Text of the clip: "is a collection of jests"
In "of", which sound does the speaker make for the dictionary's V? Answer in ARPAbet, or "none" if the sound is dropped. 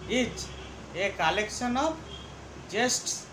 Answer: B